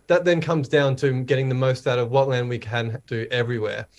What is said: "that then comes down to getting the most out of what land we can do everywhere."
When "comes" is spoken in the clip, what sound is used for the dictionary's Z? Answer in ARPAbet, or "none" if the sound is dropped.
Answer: Z